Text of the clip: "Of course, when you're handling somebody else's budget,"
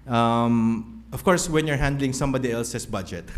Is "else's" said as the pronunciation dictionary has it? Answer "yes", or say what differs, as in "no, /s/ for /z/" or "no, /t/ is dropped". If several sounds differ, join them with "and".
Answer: no, /s/ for /z/